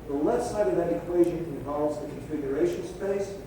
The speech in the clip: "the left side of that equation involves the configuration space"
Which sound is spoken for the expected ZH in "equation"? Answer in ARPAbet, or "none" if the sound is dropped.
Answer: ZH